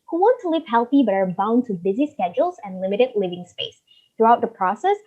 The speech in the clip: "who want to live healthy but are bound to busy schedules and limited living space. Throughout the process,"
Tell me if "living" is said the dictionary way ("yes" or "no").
yes